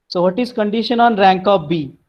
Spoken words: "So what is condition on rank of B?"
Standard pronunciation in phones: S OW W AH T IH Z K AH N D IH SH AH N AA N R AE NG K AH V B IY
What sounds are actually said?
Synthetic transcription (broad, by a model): S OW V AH T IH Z K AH N D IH SH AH N AA N R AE NG K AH P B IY